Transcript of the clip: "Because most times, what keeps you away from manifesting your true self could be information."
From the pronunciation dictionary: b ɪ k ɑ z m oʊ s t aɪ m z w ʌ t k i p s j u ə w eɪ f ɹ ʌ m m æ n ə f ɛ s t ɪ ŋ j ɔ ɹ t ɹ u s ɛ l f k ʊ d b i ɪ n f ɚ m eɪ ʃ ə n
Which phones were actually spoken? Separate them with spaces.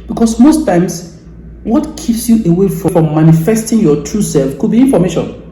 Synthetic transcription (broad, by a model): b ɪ k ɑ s m oʊ s t aɪ m s w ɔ t k i p s j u ə w eɪ f ɹ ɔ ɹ m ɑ n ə f ɛ s t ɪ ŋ j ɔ t ɹ u s ɛ l f k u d b i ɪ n f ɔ m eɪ ʃ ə n